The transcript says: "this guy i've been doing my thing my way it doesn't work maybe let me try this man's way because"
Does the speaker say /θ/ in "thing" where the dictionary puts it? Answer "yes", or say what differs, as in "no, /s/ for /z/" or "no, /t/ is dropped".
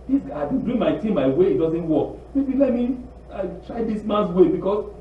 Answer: no, /t/ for /θ/